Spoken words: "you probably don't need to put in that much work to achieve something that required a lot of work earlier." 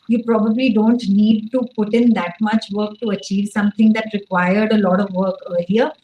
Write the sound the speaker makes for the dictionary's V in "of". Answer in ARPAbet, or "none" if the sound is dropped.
V